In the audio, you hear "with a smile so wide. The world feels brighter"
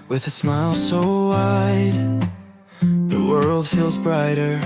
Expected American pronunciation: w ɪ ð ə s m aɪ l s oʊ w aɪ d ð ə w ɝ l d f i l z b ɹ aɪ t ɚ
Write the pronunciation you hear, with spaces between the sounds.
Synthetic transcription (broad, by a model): w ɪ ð ə s m aɪ l s oʊ w aɪ d ð ə w ɝ l d f i l z b ɹ aɪ t ɚ